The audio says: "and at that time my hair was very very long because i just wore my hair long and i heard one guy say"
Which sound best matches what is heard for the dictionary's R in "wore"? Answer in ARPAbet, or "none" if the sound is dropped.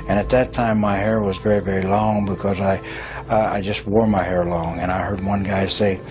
R